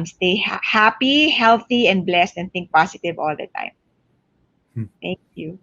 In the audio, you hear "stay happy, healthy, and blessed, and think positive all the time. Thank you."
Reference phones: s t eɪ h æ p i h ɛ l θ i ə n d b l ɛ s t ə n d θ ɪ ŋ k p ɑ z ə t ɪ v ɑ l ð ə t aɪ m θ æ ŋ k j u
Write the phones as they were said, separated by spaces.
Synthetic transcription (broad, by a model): s t eɪ h æ p i h ɛ l θ i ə n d b l ɛ s t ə n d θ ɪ ŋ k p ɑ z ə t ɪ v ɑ l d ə t aɪ m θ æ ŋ k j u